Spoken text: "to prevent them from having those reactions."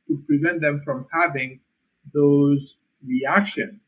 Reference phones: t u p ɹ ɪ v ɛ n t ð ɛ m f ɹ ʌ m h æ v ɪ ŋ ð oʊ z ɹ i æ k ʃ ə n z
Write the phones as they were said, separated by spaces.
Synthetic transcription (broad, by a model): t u p ɹ ɪ v ɛ n t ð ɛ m f ɹ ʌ m h æ v ɪ ŋ ð oʊ z ɹ i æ k ʃ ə n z